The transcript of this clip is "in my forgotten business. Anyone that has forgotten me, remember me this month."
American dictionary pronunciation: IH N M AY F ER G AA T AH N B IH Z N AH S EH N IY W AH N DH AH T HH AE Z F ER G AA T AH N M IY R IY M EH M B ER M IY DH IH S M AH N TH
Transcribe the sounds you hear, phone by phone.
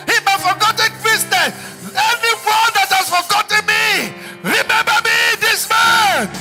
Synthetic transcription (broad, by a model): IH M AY F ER G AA T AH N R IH S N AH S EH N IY W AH N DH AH T HH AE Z F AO G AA T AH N M IY R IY M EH M B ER M IY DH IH S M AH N